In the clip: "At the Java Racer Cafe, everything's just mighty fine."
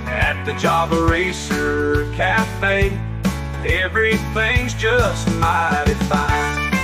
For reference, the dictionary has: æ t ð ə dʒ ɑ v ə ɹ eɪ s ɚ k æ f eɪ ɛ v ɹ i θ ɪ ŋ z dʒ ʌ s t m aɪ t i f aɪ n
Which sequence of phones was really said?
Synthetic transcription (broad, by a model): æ t ð ə dʒ ɑ b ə ɹ eɪ s ɚ k æ f eɪ ɛ v ɹ i θ ɪ ŋ z dʒ ʌ s t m aɪ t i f aɪ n